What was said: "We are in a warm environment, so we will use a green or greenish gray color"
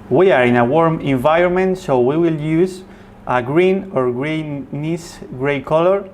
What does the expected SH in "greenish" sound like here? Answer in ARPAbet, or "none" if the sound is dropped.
S